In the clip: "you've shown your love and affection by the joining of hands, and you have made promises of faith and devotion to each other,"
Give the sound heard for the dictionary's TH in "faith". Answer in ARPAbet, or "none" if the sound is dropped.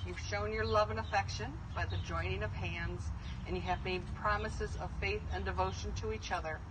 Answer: TH